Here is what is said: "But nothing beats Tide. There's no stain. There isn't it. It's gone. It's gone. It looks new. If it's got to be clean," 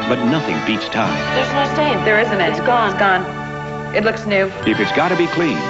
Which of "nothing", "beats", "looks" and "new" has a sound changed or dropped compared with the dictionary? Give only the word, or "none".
none